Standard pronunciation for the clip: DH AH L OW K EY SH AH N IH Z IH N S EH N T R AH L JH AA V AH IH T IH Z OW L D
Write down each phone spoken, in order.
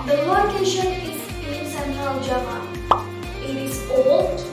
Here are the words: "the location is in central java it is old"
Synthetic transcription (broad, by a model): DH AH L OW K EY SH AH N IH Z IH N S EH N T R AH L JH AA P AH IH T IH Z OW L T